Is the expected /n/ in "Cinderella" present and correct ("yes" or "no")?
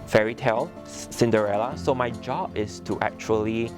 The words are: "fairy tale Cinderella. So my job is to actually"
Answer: yes